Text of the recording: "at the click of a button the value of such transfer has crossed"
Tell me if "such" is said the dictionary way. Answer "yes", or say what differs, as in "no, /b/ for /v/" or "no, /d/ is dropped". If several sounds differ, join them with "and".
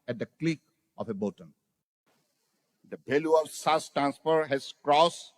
no, /s/ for /tʃ/